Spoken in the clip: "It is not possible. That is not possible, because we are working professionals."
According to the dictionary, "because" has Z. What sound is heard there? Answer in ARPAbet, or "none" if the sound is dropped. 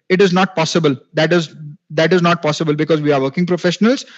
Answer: Z